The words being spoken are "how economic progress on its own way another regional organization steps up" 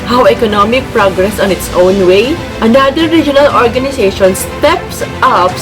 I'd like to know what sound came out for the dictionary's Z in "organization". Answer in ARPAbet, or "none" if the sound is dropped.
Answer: S